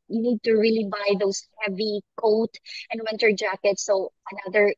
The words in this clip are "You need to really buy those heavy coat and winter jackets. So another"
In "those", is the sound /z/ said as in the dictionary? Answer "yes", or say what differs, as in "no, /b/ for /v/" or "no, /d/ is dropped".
no, /s/ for /z/